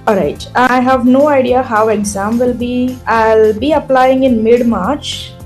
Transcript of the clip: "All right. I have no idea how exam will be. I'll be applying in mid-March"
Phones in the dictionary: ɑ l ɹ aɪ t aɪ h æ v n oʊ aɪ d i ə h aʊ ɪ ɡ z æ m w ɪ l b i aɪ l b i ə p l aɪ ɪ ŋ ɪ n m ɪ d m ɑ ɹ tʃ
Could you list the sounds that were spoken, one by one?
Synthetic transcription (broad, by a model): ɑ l ɹ aɪ t aɪ h æ v n oʊ aɪ d i ə h aʊ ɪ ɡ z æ m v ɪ l b i aɪ l b i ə p l aɪ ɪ ŋ ɪ n m ɪ d m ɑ ɹ tʃ